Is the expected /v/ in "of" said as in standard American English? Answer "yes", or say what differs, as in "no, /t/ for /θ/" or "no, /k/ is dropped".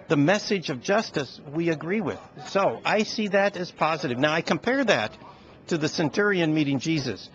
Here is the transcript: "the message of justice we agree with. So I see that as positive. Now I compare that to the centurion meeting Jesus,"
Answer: yes